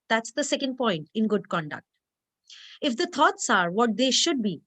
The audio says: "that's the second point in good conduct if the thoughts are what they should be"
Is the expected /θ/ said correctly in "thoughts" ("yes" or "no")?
no